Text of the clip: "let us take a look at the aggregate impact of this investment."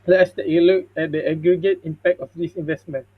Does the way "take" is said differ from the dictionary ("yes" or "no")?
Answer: yes